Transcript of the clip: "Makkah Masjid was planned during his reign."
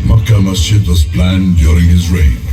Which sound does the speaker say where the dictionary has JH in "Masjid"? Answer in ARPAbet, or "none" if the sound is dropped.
none